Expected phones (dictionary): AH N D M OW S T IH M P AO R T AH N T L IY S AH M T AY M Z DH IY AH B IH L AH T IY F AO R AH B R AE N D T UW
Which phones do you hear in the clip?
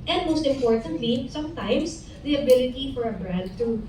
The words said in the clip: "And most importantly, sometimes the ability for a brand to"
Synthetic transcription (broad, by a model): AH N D M OW S T IH M P AO R T AH N T L IY S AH M T AY M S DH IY AH B IH L AH T IY F AO R AH B R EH D T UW